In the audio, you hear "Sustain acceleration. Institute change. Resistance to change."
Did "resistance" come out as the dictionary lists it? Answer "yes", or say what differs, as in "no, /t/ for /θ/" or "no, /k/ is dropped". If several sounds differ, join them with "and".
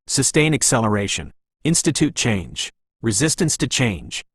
yes